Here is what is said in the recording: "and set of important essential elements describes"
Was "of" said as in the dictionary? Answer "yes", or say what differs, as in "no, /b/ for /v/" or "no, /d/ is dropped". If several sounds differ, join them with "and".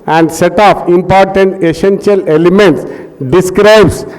no, /p/ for /v/